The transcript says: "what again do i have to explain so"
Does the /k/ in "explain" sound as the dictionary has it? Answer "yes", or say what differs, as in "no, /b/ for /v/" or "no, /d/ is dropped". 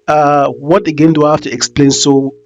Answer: yes